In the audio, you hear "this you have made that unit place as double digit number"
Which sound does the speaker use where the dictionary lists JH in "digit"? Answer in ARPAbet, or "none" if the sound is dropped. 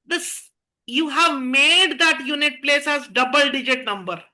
JH